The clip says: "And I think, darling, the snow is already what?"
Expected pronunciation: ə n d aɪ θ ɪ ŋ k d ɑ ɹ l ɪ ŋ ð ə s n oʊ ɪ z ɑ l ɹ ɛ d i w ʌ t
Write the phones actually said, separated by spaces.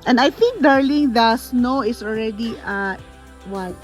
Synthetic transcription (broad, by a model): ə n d aɪ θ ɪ ŋ k d ɑ ɹ l ɪ ŋ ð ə s n oʊ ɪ s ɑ l ɹ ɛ d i w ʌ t